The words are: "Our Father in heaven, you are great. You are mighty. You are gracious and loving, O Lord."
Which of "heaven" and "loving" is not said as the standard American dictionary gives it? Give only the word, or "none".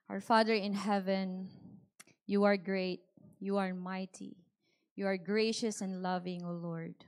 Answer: none